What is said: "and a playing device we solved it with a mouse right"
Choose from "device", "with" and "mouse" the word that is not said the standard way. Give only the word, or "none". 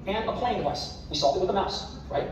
device